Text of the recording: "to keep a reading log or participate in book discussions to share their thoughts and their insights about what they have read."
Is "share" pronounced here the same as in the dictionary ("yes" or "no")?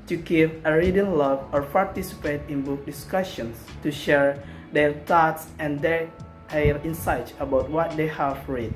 yes